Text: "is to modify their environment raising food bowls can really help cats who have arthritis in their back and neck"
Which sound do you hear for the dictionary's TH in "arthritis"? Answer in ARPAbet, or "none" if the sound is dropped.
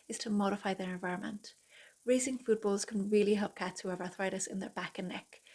TH